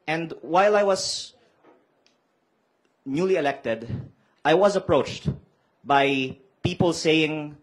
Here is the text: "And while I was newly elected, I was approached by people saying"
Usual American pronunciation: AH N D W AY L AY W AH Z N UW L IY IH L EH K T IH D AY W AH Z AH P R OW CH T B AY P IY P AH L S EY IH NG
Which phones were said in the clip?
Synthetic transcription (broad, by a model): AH N D W AY L AY W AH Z N UW L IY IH L EH K T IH D AY W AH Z AH P R OW CH T B AY P IY P AH L S EY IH NG